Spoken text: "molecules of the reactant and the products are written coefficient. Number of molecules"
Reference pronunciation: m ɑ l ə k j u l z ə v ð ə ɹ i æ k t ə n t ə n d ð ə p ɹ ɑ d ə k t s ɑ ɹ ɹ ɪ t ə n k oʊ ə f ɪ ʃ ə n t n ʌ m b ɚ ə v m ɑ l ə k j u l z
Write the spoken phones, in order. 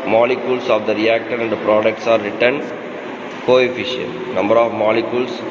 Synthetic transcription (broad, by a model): m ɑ l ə k j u l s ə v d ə ɹ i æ k t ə t ə n d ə p ɹ ɑ d ə k t s ɑ ɹ ɹ ɪ t ə n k oʊ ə f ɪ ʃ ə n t n ʌ m b ɚ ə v m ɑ l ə k j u l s